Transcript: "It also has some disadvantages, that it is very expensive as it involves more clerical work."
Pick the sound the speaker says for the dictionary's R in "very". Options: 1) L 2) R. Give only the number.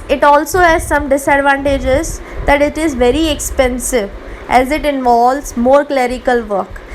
2